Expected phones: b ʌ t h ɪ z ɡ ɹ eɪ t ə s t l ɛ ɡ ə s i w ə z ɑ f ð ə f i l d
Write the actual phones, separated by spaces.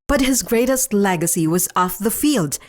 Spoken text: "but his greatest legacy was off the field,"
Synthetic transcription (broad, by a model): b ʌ t h ɪ z ɡ ɹ eɪ t ə s t l ɛ ɡ ə s i w ə z ɑ f ð ə f i l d